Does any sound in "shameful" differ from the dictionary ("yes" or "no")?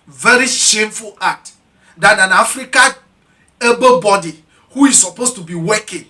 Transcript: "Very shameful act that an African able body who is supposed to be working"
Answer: no